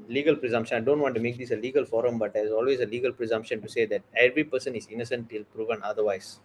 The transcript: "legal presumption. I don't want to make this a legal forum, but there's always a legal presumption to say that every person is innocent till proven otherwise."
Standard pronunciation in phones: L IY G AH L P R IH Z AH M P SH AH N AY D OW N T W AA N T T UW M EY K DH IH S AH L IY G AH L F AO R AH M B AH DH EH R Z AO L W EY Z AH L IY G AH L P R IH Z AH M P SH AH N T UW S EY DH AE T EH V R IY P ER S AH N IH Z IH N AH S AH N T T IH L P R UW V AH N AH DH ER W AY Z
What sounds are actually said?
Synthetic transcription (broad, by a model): L IY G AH L P R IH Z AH M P SH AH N AY D OW N T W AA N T T UW M EY K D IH S AH L IY G AH L F AO R AH M B AH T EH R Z AO L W EY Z AH L IY G AH L P R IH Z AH M P SH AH N T UW S EY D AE T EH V R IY P ER S AH N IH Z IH N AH S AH N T T IH L P R UW V AH N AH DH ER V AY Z